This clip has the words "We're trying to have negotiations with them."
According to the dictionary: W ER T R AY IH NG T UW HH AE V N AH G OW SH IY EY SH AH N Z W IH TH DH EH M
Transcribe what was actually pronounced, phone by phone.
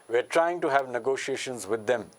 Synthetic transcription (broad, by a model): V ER T R AY IH NG T UW HH AE V N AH G OW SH IY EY SH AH N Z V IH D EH M